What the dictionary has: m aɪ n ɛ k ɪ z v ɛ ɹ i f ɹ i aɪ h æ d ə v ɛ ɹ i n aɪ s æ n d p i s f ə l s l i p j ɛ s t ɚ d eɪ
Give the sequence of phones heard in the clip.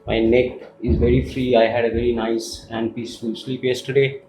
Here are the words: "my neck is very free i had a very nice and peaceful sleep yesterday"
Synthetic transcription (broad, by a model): m aɪ n ɛ k ɪ z v ɛ ɹ i f ɹ i aɪ h æ d ə v ɛ ɹ i n aɪ s æ n d p i s f ə l s l i p j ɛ s t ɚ d eɪ